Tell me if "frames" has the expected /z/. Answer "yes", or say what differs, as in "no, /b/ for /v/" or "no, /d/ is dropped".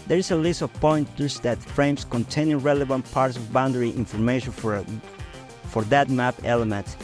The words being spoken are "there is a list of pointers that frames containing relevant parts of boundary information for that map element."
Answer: no, /s/ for /z/